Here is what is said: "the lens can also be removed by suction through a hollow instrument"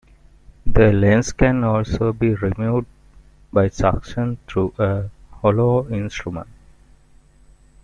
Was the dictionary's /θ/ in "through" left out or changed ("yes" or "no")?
yes